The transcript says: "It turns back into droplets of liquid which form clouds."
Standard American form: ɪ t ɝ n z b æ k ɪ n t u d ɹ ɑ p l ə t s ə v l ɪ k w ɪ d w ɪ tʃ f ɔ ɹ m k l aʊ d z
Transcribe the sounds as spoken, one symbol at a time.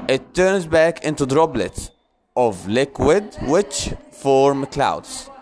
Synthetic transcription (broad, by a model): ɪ t ɝ n z b æ k ɪ n t u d ɹ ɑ b l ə t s ə v l ɪ k w ɪ d w ɪ tʃ f ɔ ɹ m k l aʊ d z